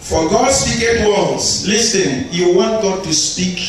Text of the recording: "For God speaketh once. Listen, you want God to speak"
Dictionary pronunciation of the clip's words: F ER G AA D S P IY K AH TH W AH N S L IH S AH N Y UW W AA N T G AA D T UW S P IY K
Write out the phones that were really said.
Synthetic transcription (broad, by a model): F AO G AA D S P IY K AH T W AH L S L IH S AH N Y UW W AA N T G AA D T UW S P IY K